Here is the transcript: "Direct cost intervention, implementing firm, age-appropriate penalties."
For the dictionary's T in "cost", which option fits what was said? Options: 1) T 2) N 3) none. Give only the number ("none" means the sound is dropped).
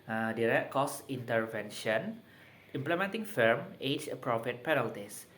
3